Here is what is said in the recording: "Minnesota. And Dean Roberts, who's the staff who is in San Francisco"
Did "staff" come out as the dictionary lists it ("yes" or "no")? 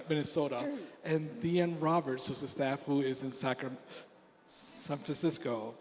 yes